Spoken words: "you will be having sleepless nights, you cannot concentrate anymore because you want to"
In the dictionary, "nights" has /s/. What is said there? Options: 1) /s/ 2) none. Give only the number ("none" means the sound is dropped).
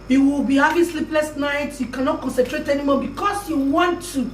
2